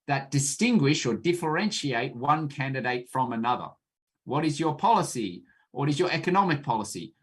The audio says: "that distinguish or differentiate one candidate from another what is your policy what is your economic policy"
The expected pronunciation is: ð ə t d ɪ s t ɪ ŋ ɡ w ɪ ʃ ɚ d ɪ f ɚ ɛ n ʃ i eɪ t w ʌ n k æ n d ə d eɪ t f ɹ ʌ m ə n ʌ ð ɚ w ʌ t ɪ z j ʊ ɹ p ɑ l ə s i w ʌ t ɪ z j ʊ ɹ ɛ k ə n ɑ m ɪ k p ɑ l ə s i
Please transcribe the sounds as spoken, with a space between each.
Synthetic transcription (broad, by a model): ð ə t d ɪ s t ɪ ŋ ɡ w ɪ ʃ ɚ d ɪ f ɚ ɛ n ʃ i eɪ t w ʌ n k æ n d ə d eɪ t f ɹ ʌ m ə n ʌ ð ɚ w ʌ t ɪ z j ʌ ɹ p ɑ l ə s i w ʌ t ɪ z j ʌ ɹ ɛ k ə n ɑ m ɪ k p ɑ l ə s i